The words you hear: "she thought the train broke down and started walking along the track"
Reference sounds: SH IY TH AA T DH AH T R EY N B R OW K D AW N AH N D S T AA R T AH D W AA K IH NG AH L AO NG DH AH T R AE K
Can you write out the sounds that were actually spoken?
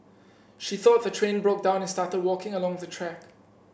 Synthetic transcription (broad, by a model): SH IY TH AA T DH AH T R EY N B R OW K D AW N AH N S T AA T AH D W AA K IH NG AH L AO NG DH AH T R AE K